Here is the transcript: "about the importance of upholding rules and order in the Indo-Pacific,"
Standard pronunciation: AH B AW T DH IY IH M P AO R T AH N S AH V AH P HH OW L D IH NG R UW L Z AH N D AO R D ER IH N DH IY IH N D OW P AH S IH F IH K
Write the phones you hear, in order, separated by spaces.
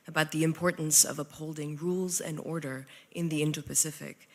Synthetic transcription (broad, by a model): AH B AW T DH IY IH M P AO R T N S AH V AH P HH OW L D IH NG R UW L Z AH N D AO R D ER IH N DH IY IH N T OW P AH S IH F IH K